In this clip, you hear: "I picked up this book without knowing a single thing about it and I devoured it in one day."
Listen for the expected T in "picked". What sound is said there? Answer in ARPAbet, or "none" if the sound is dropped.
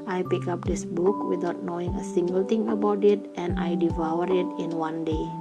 none